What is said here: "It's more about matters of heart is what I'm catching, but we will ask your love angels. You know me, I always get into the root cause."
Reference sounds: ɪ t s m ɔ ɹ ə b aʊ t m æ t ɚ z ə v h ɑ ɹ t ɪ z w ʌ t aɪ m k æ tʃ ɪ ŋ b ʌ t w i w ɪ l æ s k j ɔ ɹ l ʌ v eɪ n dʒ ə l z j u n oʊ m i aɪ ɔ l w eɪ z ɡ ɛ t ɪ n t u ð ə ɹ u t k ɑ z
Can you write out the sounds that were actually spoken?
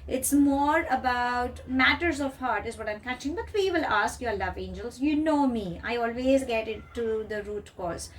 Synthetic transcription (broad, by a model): ɪ t s m ɔ ɹ ə b aʊ t m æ t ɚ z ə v h ɑ ɹ t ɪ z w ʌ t aɪ m k æ tʃ ɪ ŋ b ʌ t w i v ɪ l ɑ s k j ɔ ɹ l ʌ v eɪ n dʒ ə l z j u n oʊ m i aɪ ɔ l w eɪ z ɡ ɛ t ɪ t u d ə ɹ u t k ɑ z